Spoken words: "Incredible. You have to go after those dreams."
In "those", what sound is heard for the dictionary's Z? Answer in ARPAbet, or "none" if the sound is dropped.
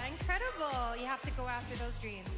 Z